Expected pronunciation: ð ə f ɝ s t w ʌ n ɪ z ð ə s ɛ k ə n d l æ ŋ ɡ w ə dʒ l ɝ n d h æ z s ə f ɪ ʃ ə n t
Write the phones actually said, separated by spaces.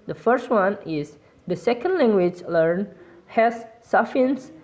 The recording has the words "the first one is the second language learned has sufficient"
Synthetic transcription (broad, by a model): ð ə f ɝ s t w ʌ n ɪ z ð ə s ɛ k ə n d l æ ŋ ɡ w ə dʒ l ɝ n h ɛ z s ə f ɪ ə n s